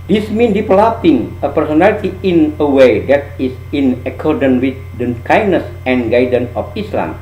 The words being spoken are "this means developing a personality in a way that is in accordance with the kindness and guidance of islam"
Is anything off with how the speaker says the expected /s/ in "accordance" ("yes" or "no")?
yes